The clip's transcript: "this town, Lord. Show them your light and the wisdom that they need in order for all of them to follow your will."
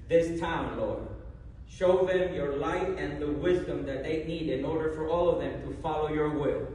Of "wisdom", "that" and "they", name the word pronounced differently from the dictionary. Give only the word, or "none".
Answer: none